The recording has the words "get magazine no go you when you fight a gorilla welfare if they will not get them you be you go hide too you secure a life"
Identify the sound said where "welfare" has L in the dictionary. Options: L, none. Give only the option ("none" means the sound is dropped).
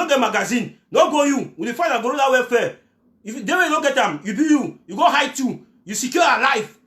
none